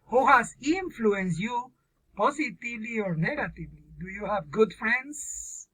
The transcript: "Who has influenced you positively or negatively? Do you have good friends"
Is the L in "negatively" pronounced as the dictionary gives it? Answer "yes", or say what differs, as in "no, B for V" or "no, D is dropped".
yes